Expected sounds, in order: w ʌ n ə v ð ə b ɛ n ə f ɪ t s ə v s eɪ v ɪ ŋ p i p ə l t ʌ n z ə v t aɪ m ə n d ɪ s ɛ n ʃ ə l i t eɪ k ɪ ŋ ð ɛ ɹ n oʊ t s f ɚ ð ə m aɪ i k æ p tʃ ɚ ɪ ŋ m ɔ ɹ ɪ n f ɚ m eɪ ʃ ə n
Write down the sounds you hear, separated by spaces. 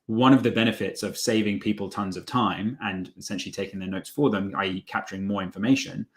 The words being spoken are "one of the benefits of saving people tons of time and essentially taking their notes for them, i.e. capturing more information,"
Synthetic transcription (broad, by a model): w ʌ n ə v ð ə b ɛ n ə f ɪ t s ə v s eɪ v ɪ ŋ p i p ə l t ʌ n z ə v t aɪ m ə n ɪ s ɛ n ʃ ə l i t eɪ k ɪ ŋ ð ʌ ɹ n oʊ t s f ɚ ð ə m aɪ k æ p tʃ ɚ ɪ ŋ m ɔ ɹ ɪ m f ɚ m eɪ ʃ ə n